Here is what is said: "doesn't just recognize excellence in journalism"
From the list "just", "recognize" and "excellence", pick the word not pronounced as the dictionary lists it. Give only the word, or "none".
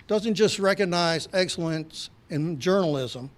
none